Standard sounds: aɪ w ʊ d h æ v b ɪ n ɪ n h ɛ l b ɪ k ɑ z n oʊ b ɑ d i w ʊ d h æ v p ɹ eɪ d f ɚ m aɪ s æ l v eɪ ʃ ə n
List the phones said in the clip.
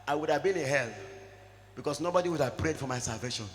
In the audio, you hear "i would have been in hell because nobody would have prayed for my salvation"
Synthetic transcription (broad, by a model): aɪ w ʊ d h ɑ v b ɪ n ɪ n h ɛ l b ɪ k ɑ s n oʊ b ɑ d i w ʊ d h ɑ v p ɹ eɪ d f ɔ m aɪ s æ l v eɪ ʃ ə n